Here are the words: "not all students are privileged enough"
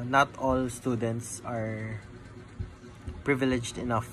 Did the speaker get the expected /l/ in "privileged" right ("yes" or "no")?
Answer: yes